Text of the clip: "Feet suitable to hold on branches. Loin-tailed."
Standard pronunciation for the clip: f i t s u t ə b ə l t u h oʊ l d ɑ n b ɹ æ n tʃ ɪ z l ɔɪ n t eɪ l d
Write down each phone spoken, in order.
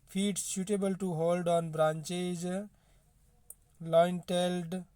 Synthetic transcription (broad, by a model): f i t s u t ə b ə l t u h oʊ l d ɑ n b ɹ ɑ n tʃ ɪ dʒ l ɔɪ n t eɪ l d